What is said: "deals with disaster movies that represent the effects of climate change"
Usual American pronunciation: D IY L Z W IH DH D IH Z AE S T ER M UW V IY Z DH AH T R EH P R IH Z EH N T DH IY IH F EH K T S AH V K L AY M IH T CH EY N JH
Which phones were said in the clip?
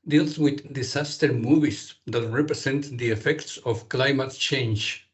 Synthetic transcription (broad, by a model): D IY L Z W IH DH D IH S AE S T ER M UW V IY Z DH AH T R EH P R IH S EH N T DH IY IH F EH K T S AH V K L AY M IH T CH EY N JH